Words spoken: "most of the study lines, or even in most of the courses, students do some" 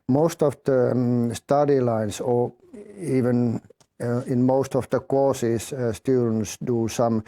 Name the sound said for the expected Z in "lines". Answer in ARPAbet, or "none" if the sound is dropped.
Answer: S